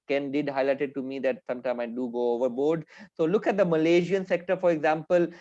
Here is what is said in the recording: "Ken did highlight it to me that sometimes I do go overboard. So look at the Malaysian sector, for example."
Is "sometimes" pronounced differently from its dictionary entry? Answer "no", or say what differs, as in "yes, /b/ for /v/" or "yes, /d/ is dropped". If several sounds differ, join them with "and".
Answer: yes, /z/ is dropped